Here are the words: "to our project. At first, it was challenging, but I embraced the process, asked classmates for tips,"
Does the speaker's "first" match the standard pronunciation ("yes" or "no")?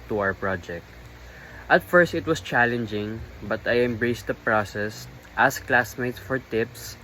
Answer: yes